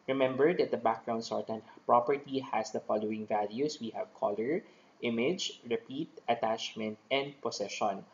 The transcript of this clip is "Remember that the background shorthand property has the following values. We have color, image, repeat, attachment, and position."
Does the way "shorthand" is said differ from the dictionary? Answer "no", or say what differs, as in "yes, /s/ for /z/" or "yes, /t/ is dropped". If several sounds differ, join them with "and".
yes, /s/ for /ʃ/